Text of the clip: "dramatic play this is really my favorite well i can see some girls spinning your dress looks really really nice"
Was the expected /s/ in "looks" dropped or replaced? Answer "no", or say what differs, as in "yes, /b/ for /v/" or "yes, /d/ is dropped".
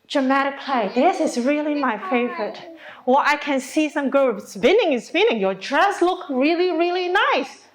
yes, /s/ is dropped